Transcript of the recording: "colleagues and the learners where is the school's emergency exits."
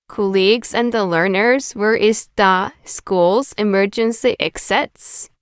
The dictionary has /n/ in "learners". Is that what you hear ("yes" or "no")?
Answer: yes